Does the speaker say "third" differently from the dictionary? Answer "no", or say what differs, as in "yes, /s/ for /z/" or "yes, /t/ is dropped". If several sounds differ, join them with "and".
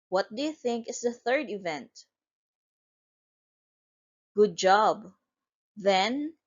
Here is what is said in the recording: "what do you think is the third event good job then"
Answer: no